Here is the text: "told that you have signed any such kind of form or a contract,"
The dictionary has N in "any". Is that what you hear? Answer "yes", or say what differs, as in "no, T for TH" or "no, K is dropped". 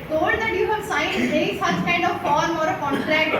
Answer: no, N is dropped